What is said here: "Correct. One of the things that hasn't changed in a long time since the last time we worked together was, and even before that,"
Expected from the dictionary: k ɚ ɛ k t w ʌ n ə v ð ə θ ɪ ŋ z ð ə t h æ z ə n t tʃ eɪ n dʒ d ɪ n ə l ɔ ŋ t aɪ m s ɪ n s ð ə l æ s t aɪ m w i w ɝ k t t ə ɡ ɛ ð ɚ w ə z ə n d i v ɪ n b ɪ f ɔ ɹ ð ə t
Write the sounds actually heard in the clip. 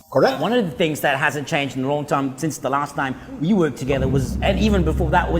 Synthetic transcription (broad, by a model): k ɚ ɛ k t w ʌ n ə v ð ə θ ɪ ŋ z ð ə t h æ z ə n tʃ eɪ n dʒ d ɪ n ə l ɔ ŋ t aɪ m s ɪ n s ð ə l æ s t aɪ m w i w ɝ k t t ə ɡ ɛ ð ɚ w ə z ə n i v ɪ n b ɪ f ɔ ɹ ð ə t